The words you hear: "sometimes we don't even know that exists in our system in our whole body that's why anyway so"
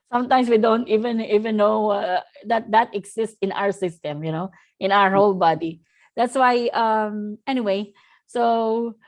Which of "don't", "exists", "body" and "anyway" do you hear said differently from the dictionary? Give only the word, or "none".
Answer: exists